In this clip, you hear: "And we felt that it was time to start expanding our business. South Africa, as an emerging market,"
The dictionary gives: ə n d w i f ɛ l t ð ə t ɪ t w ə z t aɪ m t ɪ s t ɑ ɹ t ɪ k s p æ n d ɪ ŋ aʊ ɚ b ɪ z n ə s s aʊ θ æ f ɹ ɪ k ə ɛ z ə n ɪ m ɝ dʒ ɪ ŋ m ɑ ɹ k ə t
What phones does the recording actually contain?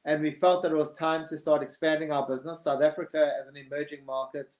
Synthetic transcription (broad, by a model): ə n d w i f ɛ l t ð ə t ɪ t w ə z t aɪ m t ɪ s t ɑ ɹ t ɪ k s p æ n d ɪ ŋ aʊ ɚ b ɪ z n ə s s aʊ θ æ f ɹ ɪ k ə z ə n ɪ m ɝ dʒ ɪ ŋ m ɑ ɹ k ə t